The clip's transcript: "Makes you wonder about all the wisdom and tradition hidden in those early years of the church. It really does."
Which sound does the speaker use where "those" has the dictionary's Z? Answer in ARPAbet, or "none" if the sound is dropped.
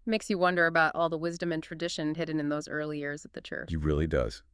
Z